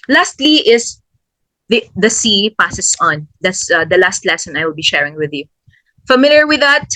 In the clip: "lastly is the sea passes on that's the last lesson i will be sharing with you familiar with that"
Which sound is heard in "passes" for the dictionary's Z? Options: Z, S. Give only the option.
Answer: S